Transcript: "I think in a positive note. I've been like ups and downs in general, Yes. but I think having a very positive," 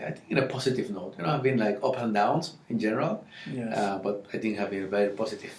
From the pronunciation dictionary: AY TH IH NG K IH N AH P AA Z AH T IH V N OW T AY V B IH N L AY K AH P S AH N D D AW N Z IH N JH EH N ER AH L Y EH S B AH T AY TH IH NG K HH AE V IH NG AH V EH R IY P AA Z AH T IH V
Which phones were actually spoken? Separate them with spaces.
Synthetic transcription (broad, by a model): AY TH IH NG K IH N AH P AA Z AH T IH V N OW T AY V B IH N L AY K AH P AH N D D AW N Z IH N JH EH N ER AH L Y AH B AH T AY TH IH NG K HH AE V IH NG AH V EH R IY P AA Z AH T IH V